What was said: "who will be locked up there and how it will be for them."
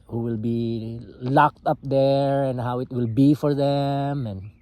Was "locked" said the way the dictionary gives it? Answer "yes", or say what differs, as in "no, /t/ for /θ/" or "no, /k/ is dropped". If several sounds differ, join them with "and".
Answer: yes